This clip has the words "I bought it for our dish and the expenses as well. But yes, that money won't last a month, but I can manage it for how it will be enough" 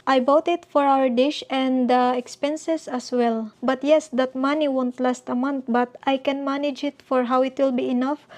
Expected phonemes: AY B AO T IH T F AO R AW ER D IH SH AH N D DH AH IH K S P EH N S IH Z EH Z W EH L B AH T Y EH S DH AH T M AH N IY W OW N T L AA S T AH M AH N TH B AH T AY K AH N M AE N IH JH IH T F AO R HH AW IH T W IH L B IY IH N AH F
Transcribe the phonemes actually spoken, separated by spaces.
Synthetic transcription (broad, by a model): AY B AO T IH T F AO R AW ER D IH SH AH N D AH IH K S P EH N S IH S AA S W EH L B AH T Y EH S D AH T M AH N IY W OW N T L AA S T AH M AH N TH B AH T AY K AH N M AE N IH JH IH T F AO R HH AW IH T W IH L B IY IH N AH F